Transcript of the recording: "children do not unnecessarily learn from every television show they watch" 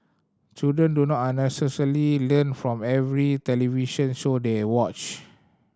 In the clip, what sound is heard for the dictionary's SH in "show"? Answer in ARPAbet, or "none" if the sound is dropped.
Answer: S